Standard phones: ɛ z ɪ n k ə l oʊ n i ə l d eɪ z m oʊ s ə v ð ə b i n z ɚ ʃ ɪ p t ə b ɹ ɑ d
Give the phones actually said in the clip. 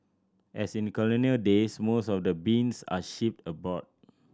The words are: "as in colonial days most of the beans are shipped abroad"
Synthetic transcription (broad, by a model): ɛ s ɪ n k ə l oʊ n i ə l d eɪ s m oʊ s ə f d ə b i n s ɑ ʃ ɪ p t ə b ɑ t